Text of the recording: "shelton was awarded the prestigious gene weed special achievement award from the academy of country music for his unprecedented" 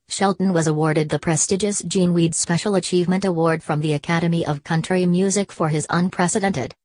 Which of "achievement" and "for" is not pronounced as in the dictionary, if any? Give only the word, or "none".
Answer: none